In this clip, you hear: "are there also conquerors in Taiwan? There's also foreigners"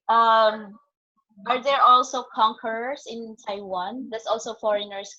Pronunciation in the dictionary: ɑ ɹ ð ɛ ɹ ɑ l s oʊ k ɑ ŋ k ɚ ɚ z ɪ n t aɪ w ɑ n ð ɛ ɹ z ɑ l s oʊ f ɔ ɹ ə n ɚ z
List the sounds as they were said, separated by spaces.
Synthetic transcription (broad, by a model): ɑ ɹ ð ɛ ɹ ɑ l s oʊ k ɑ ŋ k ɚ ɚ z ɪ n t aɪ w ɑ n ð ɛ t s ɑ l s oʊ f ɔ ɹ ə n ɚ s